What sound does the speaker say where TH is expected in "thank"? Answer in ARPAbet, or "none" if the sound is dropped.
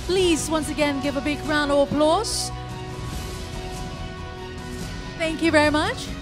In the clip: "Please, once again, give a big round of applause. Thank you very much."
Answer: TH